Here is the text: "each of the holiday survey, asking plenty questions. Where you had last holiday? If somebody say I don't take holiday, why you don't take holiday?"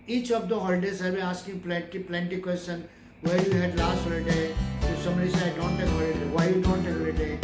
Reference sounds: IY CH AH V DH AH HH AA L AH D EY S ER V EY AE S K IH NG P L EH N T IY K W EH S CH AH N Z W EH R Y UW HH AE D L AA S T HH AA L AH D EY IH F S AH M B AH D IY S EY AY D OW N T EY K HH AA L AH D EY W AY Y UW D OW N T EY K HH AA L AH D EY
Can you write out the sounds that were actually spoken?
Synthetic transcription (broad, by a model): IY CH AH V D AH HH AA L AH D EY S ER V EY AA S K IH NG P L EH N T IY K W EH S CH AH N W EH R Y UW HH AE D L AA S T HH AA L AH D EY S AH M AH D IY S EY AY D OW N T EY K HH AA L AH D EY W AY Y UW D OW N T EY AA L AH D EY